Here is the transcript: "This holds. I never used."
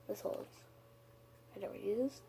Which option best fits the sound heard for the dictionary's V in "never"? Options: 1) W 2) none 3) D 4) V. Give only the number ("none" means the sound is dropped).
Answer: 1